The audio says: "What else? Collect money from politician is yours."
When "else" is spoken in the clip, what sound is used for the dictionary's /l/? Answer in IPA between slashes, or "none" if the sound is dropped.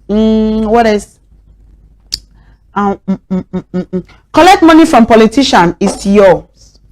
none